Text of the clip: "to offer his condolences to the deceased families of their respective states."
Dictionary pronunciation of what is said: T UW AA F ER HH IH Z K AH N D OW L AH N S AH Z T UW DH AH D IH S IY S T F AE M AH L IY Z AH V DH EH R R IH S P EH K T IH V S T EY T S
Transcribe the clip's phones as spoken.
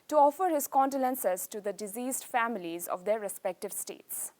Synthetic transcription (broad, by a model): T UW AA F ER HH IH Z K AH N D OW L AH N S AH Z T UW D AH D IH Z IY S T F AE M AH L IY Z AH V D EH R R IH S P EH K T IH V S T EY T S